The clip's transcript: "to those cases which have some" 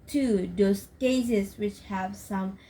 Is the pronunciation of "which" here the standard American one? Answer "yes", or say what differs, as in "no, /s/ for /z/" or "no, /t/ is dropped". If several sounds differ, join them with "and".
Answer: yes